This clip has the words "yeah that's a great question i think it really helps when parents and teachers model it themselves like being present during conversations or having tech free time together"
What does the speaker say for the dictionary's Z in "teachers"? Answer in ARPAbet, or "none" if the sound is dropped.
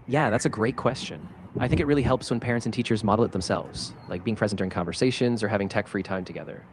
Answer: Z